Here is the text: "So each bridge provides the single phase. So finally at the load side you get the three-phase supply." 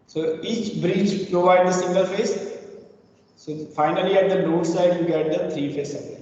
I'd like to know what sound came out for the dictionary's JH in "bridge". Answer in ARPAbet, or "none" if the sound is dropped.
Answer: CH